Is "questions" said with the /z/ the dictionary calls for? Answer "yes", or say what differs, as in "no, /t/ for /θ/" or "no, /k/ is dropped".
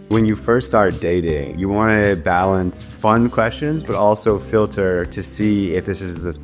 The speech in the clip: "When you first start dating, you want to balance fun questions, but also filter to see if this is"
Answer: yes